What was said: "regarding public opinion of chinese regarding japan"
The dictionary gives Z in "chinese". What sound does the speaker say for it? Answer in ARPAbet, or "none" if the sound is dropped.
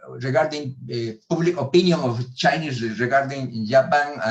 S